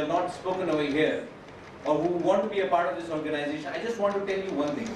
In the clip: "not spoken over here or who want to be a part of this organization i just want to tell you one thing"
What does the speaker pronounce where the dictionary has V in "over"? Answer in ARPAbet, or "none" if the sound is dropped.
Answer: none